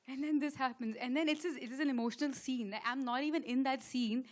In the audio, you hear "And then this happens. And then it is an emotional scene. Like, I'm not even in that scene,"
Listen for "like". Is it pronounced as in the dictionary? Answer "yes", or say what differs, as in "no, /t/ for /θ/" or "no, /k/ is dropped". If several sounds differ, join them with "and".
no, /k/ is dropped